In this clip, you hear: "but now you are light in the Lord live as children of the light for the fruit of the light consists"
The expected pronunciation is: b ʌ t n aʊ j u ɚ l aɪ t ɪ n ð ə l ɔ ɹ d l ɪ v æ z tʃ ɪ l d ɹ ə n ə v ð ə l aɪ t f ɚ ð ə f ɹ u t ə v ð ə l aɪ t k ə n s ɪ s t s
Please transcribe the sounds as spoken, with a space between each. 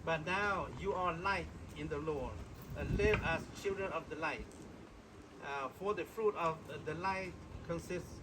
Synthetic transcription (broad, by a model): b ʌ t n aʊ j u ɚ l aɪ t ɪ n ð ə l ɔ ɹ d l ɪ v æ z tʃ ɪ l d ɹ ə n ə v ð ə l aɪ t f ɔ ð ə f ɹ u t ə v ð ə l aɪ t k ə n s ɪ s t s